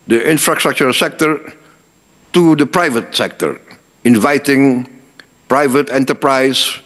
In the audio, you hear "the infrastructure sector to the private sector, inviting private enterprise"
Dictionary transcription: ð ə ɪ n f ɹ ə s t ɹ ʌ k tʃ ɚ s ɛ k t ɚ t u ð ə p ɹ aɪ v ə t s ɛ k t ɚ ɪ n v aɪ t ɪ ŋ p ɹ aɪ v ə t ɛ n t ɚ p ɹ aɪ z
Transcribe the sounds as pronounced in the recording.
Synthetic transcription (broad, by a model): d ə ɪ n f ɹ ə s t ɹ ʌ k tʃ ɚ s ɛ k t ɚ t u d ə p ɹ aɪ v ə t s ɛ k t ɚ ɪ n v aɪ t ɪ ŋ p ɹ aɪ v ə t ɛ n t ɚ p ɹ aɪ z